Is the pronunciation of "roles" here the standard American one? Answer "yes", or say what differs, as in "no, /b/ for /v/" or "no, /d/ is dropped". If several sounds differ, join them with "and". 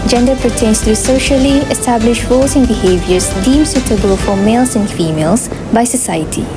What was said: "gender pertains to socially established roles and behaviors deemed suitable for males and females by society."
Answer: no, /l/ is dropped